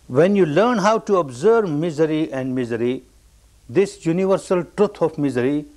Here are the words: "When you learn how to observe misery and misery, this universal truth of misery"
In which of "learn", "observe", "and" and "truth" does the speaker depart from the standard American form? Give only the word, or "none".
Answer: truth